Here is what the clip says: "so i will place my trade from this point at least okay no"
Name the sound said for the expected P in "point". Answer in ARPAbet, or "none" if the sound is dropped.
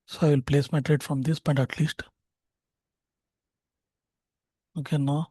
B